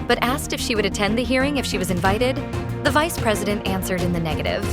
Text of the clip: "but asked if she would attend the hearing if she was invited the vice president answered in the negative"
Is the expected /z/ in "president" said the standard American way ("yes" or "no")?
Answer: yes